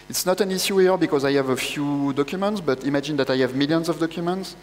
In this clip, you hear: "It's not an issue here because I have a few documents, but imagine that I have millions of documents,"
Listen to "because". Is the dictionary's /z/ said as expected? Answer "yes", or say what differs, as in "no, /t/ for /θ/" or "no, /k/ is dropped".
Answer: yes